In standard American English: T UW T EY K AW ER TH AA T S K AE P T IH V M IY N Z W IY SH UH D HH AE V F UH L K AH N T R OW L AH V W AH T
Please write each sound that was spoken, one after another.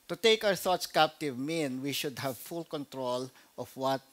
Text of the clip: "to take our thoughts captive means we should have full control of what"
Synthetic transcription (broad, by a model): T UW T EY K AW ER TH AA T S K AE P T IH V M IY N W IY SH UH D HH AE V F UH L K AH N T R OW L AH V W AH T